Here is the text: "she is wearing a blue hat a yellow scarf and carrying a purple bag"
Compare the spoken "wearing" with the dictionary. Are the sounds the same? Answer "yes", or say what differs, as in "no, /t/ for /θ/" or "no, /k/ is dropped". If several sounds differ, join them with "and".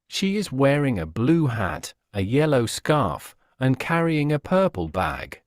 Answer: yes